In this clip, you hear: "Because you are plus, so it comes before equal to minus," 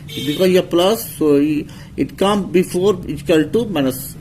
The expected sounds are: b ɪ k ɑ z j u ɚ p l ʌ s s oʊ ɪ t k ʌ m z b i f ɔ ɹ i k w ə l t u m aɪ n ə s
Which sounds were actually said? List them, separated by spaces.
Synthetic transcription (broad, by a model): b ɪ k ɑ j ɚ p l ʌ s s oʊ ɪ t k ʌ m b i f ɔ ɹ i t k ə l t u m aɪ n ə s